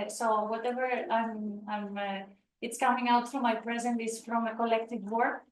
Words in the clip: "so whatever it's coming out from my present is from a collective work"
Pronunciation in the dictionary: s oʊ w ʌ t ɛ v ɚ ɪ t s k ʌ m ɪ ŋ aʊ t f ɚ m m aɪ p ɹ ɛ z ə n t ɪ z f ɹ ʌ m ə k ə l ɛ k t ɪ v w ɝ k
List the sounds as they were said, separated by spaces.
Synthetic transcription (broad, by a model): s oʊ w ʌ t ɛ v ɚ ɪ t s k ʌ m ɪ ŋ aʊ t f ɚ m m aɪ p ɹ ɛ z ə n t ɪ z f ɹ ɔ m ə k ə l ɛ k t ɪ v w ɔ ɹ